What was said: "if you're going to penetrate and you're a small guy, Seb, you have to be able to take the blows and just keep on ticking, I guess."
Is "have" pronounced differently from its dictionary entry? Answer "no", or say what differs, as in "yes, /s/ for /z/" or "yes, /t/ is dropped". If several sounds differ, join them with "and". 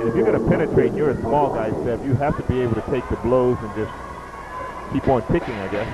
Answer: yes, /f/ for /v/